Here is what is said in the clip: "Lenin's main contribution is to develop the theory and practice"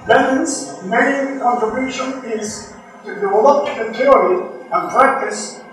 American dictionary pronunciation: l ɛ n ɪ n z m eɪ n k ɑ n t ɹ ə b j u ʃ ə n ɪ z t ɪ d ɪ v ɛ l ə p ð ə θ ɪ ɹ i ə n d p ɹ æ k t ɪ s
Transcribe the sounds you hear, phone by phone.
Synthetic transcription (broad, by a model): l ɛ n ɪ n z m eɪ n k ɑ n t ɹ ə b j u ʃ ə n ɪ z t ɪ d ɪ ʌ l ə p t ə t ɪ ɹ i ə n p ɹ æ k t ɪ s